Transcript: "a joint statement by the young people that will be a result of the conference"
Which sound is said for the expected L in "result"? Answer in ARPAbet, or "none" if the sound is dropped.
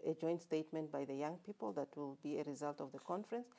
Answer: L